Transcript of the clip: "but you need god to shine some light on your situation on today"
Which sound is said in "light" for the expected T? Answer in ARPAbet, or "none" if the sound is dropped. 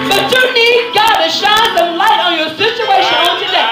T